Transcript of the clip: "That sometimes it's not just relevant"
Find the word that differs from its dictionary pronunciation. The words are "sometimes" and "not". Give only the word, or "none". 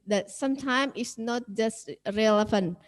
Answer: sometimes